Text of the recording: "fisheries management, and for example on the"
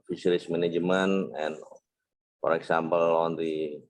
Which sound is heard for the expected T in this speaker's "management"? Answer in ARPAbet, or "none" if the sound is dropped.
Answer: none